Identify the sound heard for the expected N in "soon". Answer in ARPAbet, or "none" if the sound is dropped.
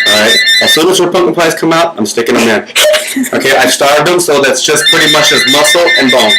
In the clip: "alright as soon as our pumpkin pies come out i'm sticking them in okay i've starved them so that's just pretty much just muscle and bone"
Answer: none